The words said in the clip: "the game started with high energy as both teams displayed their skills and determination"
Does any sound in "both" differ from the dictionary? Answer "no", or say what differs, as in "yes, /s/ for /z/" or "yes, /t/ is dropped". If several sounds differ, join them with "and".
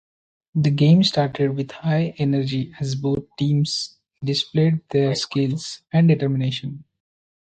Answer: yes, /t/ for /θ/